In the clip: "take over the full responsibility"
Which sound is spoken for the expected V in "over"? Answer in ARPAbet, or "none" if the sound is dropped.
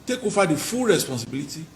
F